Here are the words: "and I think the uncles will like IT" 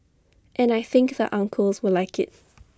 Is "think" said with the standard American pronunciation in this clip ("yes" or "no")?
yes